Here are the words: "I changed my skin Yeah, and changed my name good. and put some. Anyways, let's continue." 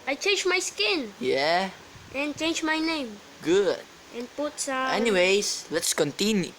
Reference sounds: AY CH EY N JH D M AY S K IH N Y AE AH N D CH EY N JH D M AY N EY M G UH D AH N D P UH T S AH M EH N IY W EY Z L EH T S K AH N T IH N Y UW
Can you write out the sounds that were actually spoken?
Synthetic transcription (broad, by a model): AY CH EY N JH M AY S K IH N Y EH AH N CH EY N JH M AY N EY M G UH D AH N P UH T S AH EH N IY W EY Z L EH T S K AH N T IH N Y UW